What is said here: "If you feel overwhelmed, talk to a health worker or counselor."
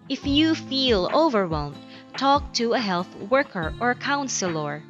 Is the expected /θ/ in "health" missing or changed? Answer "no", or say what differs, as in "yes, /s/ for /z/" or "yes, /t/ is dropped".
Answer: no